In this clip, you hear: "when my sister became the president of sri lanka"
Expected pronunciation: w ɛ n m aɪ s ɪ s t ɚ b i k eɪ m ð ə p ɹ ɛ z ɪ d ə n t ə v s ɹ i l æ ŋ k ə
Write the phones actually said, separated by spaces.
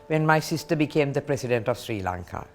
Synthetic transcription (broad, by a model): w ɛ n m aɪ s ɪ s t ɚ b i k eɪ m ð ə p ɹ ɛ s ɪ d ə n t ə v s ɹ i l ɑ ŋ k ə